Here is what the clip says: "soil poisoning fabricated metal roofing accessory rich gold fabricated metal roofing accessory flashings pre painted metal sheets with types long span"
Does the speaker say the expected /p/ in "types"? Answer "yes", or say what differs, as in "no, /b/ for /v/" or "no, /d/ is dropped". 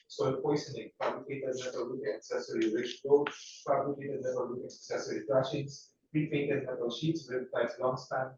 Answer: no, /p/ is dropped